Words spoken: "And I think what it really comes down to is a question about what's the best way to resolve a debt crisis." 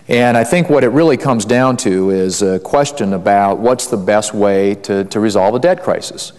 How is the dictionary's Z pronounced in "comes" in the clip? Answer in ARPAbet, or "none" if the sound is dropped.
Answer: Z